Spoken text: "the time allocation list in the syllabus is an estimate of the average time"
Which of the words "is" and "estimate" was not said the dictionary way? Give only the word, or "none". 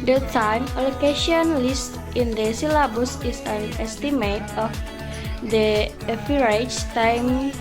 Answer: is